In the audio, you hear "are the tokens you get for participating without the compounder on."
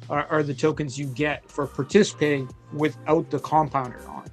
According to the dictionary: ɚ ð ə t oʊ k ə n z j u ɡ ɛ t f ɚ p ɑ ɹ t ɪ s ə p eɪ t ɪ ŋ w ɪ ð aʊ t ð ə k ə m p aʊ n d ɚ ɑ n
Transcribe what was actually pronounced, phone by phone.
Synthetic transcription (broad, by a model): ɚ ð ə t oʊ k ə n z j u ɡ ɛ t f ɚ p ɑ ɹ t ɪ s ə p eɪ t ɪ ŋ w ɪ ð aʊ t ð ə k ə m p aʊ n d ɚ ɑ n